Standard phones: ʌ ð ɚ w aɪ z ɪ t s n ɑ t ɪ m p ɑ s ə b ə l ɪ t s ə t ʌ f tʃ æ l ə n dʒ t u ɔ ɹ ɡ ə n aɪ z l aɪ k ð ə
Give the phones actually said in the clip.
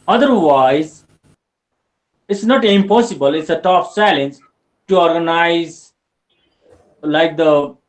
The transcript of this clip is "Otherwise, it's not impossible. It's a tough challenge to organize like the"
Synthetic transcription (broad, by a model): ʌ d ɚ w aɪ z ɪ t s n ɑ t ɪ m p ɑ s ə b ə l ɪ t s ə t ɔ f s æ l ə n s t u ɔ ɹ ɡ ə n aɪ z l aɪ k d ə